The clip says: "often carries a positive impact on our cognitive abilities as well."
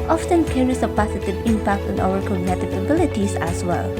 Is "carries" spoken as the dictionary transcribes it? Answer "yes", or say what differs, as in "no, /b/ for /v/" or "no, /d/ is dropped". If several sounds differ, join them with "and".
no, /s/ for /z/